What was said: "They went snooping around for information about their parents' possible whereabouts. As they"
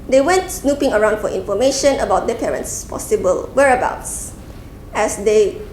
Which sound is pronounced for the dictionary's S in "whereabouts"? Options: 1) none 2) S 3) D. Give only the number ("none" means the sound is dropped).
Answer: 2